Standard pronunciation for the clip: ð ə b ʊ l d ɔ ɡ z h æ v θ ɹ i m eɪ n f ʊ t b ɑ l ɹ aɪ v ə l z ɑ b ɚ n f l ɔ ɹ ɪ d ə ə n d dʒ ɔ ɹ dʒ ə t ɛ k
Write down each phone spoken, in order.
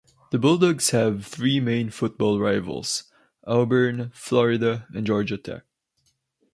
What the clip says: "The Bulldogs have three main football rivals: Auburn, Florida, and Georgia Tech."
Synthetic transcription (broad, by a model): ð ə b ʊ l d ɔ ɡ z h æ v θ ɹ i m eɪ n f ʊ t b ɑ l ɹ aɪ v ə l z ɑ b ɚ n f l ɔ ɹ ɪ d ə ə n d dʒ ɔ ɹ dʒ ə t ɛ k